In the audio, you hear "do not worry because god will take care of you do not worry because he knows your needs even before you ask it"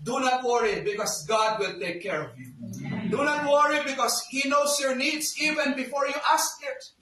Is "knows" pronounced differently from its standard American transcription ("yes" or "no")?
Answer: yes